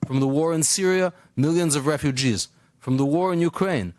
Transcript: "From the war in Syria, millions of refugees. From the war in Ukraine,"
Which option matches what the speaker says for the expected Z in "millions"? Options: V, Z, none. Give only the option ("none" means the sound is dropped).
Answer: Z